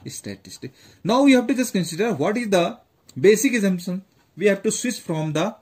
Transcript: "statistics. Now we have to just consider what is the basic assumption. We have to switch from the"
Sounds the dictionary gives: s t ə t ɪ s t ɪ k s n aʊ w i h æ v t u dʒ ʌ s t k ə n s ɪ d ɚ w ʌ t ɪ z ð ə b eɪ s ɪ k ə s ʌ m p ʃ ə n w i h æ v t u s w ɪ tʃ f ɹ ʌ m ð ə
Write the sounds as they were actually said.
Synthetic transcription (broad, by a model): s t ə t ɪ s t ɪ k n aʊ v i h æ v t u dʒ ʌ s t k ə n s ɪ d ɚ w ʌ t ɪ z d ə b eɪ s ɪ k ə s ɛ m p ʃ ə n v i h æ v t u s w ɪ s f ɹ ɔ m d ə